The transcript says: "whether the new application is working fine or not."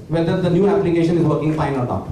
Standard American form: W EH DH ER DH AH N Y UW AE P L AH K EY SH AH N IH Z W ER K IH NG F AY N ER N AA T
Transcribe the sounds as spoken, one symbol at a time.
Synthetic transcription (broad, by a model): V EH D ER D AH N Y UW AE P L AH K EY SH AH N IH Z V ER K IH NG F AY N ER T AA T